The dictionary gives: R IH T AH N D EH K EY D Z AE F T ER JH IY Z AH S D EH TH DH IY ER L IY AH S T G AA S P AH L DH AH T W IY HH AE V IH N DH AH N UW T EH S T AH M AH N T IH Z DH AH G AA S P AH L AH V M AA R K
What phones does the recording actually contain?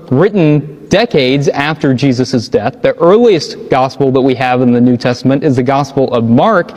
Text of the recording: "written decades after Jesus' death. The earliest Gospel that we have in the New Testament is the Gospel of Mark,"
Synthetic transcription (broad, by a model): R IH T N D EH K EY D Z AE F T ER JH IY Z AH S D EH TH DH IY ER L IY AH S T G AA S P L DH AH T W IY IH V IH N DH AH N UW T EH S T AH M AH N T IH Z DH AH G AA S P L AH V M AA R K